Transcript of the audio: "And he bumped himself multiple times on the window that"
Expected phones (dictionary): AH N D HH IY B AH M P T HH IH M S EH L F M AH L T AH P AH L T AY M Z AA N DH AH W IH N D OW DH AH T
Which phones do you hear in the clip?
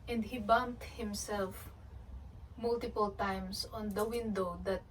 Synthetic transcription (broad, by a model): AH N D HH IY B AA M T HH IH M S EH L F M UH L T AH P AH L T AY M S AA N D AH W IH N D OW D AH T